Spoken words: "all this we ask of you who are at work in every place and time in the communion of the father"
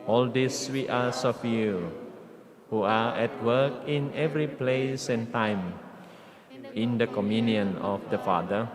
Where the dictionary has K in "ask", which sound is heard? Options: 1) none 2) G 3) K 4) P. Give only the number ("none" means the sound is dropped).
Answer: 1